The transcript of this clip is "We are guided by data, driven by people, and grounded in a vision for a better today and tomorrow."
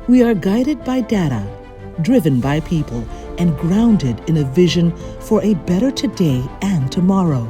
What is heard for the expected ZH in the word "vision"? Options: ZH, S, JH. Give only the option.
ZH